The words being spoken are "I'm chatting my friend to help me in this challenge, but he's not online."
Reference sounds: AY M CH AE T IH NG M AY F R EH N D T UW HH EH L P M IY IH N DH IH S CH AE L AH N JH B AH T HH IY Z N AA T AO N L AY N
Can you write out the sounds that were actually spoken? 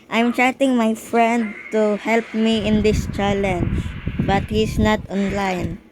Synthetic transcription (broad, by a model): AY M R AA T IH NG M AY F R EH N D T UW HH EH L P M IY IH N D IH S CH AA L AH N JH B AH T HH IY S N AA T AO N L AY N